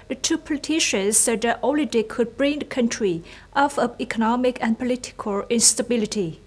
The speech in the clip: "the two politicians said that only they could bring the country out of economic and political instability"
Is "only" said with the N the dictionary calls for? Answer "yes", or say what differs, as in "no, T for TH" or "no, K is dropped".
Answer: no, N is dropped